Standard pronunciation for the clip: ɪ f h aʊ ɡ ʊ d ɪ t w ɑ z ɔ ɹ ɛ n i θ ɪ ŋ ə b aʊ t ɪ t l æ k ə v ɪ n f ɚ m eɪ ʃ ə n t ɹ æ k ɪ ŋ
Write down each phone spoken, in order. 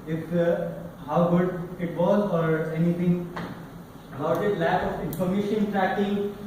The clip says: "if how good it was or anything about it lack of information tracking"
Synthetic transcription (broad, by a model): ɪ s h aʊ ɡ ʊ d ɪ t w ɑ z ɔ ɹ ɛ n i t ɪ ŋ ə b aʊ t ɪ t l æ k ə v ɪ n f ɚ m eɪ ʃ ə n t ɹ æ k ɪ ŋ